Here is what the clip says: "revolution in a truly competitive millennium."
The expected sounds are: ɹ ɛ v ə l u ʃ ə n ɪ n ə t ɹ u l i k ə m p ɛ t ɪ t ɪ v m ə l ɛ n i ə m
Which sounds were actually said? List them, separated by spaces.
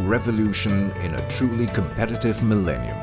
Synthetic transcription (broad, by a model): ɹ ɛ v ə l u ʃ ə n ɪ n ə t ɹ u l i k ə m p ɛ t ɪ t ɪ v m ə l ɛ n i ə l